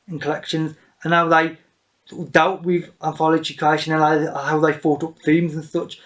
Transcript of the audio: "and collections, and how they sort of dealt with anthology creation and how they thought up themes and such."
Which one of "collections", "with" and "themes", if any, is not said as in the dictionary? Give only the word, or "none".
none